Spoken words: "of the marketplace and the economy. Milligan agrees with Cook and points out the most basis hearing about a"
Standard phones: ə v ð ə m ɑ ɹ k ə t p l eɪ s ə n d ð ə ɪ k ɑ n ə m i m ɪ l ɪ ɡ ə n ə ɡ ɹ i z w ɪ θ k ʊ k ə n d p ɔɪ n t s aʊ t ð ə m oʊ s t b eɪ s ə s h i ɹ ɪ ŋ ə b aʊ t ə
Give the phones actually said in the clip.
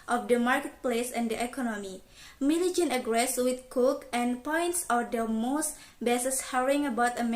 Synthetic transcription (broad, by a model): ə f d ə m ɑ ɹ k ə t p l eɪ s ə n d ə ɪ k ɑ n ə m i m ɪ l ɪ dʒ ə n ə ɡ ɹ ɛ s w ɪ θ k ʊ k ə n p ɔɪ n t s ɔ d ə m oʊ s t b eɪ s ə s h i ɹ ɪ ŋ ə b aʊ t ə